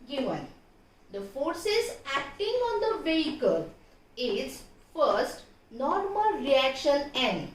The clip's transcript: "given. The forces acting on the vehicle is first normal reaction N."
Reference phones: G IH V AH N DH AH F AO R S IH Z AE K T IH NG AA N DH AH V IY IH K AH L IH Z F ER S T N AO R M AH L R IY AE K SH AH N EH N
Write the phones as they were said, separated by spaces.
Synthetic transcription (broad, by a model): G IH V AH N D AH F AO R S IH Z AE K T IH NG AA N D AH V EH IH K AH L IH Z F ER S T N AO R M AH L R IY AE K SH AH N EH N